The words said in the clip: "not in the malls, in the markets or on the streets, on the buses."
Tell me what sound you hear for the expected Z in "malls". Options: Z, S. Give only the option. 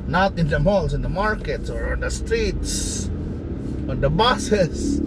S